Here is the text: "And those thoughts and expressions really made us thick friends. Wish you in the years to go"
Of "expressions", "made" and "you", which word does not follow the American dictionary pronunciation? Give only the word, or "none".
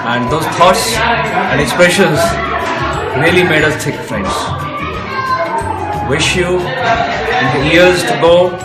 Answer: none